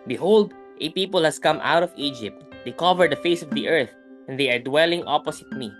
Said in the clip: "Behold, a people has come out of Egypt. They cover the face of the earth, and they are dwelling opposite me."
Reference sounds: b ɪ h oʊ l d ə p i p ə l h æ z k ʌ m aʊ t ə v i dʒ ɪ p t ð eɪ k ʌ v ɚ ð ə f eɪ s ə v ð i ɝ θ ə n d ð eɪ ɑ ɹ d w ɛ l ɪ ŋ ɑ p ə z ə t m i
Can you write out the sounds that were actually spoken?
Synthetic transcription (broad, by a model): b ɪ h oʊ l d ə p i p ə l h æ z k ʌ m aʊ t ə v i dʒ ɪ p t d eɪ k ʌ v ɚ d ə f eɪ s ə v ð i ɝ θ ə n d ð eɪ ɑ ɹ d w ɛ l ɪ ŋ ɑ p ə s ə t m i